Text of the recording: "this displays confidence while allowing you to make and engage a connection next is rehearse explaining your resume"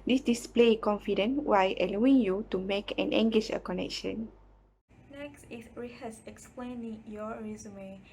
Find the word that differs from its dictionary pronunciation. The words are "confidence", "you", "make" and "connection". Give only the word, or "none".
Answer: confidence